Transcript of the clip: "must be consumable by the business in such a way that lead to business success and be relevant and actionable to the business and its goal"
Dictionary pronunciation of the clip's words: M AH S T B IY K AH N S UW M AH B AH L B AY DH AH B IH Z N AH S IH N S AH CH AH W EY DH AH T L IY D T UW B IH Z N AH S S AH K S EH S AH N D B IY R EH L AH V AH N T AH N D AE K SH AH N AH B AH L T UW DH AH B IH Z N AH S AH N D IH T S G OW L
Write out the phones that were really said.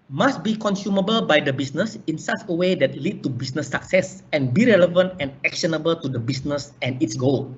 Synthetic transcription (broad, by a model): M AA S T B IY K AH N S UW M AH B AH L B AY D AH B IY S N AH S IH N S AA CH AH W EY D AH T L IY D T UW B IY S N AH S S AH K S EH S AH N B IY R EH L AH V AH N T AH N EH K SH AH N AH B AH L T UW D AH B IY S N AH S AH N IH T S G OW L